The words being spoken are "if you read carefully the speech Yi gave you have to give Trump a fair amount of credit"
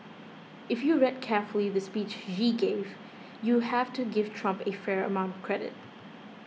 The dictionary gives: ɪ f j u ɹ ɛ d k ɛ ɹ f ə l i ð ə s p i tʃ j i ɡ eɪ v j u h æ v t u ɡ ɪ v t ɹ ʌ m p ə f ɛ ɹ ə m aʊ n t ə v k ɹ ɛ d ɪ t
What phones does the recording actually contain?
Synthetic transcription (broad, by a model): ɪ f j u ɹ ɛ d k ɛ ɹ f ə l i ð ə s p i tʃ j i ɡ eɪ v j u h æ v t u ɡ ɪ v t ɹ ʌ m p ə f ɛ ɹ ə m aʊ n t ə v k ɹ ɛ d ɪ t